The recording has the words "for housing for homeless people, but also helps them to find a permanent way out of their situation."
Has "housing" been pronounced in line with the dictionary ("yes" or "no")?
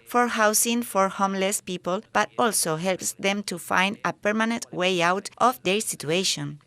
no